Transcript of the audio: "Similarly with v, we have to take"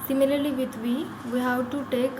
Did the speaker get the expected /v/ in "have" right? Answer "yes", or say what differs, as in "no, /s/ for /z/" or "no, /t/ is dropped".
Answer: no, /w/ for /v/